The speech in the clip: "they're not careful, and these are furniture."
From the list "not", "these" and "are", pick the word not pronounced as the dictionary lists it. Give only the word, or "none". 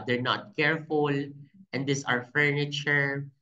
these